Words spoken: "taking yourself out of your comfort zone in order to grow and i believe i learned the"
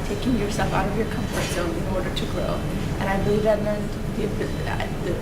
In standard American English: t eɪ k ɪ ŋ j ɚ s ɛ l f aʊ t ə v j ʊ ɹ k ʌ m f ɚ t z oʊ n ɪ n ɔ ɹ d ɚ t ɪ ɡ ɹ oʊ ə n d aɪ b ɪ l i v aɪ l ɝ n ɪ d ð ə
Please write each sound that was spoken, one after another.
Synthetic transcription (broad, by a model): t eɪ k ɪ ŋ j ɚ s ɛ l f aʊ t ə v j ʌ ɹ k ʌ m f ɚ t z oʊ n ɪ n ɔ ɹ d ɚ t ɪ ɡ ɹ oʊ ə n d aɪ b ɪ l i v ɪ n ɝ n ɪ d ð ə